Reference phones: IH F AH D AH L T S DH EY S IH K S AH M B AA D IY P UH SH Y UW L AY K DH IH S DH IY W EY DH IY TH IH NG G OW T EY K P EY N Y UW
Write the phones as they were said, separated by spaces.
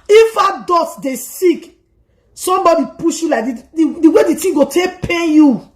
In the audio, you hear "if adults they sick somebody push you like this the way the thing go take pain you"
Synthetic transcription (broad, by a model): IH F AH D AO T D EY S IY K S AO M B AA D IY P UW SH Y UW L AY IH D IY W EY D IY T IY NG G OW T EY K P EY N Y UW